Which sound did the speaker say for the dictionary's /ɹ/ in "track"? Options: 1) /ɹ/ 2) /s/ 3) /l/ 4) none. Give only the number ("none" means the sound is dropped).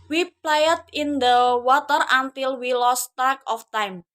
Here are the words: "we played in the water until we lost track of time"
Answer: 4